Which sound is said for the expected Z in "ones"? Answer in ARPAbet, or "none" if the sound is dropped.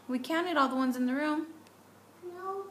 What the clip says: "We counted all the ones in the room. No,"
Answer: Z